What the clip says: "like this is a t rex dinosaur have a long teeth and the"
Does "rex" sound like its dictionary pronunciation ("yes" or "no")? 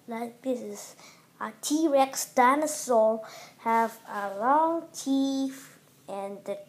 yes